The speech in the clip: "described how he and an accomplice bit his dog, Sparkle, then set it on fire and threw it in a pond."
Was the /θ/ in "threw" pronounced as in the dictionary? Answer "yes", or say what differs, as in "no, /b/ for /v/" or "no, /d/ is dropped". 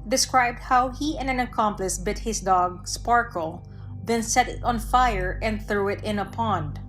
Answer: yes